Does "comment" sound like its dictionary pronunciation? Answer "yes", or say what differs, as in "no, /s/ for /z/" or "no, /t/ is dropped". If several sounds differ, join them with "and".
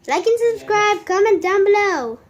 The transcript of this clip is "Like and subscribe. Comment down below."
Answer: yes